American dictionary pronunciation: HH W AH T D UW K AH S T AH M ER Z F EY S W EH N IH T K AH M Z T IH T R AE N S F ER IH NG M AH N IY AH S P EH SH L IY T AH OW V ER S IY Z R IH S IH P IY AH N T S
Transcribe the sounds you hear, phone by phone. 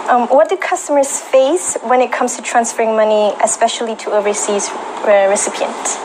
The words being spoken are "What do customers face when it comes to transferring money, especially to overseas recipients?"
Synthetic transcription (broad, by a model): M W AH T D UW K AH S T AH M ER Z F EY S W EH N IH T K AH M Z T IH T R AE N S F ER IH NG M AH N IY AH S P EH SH L IY T AH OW V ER S IY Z R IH S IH P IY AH N T